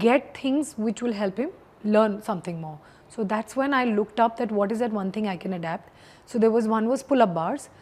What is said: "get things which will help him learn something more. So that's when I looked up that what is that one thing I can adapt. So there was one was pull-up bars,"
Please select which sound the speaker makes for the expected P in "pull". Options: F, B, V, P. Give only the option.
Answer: F